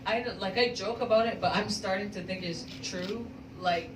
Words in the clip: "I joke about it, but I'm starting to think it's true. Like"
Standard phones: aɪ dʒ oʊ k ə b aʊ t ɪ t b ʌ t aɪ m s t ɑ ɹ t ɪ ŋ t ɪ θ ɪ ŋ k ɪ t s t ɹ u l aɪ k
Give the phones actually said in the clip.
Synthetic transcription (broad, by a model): aɪ dʒ oʊ k ə b aʊ t ɪ t b ʌ t aɪ m s t ɑ ɹ t ɪ ŋ t ɪ θ ɪ ŋ k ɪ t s t ɹ u l aɪ k